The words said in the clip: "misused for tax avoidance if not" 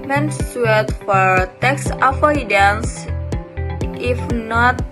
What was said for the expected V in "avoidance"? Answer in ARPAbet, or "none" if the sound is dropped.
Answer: F